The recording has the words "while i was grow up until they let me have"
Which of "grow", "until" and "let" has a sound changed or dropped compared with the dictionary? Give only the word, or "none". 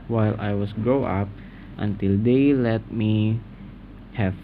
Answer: grow